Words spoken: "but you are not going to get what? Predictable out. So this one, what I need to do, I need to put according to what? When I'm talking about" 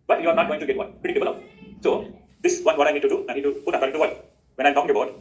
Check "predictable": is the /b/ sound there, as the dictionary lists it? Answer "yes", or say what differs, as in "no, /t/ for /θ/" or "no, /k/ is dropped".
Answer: no, /b/ is dropped